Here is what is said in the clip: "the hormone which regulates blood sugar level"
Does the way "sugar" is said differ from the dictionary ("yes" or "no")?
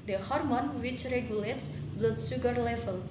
yes